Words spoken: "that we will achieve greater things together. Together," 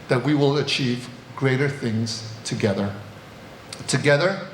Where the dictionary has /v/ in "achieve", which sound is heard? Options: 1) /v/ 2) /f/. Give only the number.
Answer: 1